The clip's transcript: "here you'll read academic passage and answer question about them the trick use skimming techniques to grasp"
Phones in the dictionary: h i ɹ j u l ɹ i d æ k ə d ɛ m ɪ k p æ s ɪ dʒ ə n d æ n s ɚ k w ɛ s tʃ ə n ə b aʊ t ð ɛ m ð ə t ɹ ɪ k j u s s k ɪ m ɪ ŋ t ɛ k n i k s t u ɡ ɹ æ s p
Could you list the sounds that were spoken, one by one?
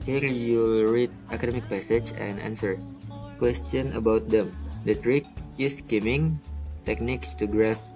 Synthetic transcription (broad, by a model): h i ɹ j u l ɹ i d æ k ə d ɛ m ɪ k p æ s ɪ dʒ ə n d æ n s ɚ k w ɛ s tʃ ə n ə b aʊ t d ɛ m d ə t ɹ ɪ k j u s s k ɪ m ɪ ŋ t ɛ k n i k s t u ɡ ɹ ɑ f